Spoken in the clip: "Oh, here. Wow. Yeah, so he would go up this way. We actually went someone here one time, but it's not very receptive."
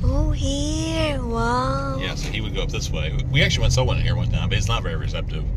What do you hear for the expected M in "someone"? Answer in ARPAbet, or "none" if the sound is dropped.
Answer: none